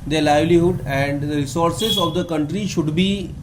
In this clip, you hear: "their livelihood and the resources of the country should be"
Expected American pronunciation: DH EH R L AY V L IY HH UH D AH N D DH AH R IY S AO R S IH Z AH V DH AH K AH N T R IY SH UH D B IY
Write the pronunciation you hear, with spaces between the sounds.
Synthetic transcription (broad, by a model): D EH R L AY V L IY HH UH D AH N D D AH R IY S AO R S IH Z AH V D AH K AH N T R IY SH UH D B IY